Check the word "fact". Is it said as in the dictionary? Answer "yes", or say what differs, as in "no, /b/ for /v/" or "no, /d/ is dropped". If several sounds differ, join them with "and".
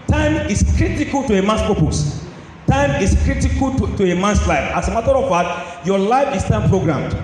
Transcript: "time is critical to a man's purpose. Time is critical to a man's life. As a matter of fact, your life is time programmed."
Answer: no, /k/ is dropped